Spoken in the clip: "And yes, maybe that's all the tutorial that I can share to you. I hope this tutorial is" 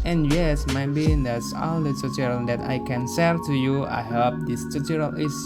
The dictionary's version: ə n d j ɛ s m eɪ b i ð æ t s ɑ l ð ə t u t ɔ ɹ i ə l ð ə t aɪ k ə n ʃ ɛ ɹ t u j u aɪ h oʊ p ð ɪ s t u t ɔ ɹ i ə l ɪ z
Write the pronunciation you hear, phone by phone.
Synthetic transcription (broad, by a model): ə n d j ɛ s m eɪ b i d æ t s ɑ l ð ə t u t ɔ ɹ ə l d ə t aɪ k ə n s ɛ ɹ t u j u aɪ h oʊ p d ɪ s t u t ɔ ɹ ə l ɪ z